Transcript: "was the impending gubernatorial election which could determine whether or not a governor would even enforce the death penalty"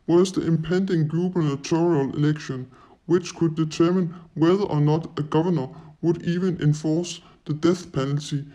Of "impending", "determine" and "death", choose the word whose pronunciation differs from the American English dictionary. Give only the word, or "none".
none